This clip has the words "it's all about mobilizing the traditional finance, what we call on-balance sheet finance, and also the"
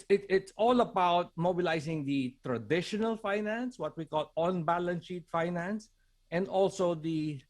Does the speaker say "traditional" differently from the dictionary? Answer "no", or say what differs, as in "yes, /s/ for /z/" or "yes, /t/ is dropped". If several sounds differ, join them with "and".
no